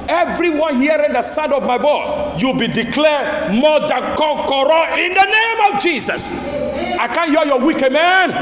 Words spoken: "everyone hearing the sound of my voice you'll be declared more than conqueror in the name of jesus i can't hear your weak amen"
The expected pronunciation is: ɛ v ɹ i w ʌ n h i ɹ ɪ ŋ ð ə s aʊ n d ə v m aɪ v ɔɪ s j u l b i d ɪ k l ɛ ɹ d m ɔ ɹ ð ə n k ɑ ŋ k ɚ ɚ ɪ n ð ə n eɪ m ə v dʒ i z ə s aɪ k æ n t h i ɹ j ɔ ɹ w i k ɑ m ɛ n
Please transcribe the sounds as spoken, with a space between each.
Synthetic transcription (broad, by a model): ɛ v ɹ i w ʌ n h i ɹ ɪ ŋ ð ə s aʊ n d ə v m aɪ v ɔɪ j u l b i d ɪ k l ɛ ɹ m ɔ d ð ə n k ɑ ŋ k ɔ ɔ ɪ n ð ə n eɪ m ə v dʒ i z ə s aɪ k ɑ n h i j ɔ w i k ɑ m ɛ n